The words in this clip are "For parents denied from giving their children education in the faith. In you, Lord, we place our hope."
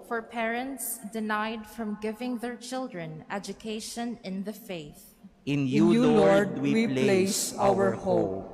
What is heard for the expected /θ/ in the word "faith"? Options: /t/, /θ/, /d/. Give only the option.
/θ/